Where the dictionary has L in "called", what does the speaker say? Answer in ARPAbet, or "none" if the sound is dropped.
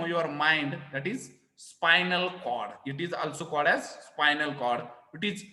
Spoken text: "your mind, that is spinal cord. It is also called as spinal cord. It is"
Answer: L